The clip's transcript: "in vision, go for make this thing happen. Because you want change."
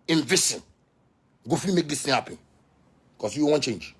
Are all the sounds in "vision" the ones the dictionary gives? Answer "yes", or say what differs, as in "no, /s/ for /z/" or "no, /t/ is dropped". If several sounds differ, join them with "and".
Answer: no, /s/ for /ʒ/